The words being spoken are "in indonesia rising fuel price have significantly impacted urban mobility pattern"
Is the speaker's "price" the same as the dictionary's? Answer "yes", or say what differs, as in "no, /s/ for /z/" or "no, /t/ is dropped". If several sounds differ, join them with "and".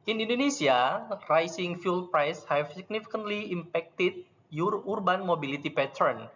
yes